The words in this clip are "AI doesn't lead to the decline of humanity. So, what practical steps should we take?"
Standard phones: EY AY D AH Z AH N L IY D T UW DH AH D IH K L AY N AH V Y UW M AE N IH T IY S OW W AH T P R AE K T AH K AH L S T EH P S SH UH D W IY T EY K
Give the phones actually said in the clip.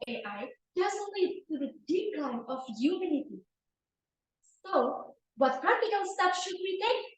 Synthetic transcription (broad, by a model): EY AY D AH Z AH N L IY D T UW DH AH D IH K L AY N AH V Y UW M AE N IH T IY S OW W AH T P R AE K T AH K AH N S T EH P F SH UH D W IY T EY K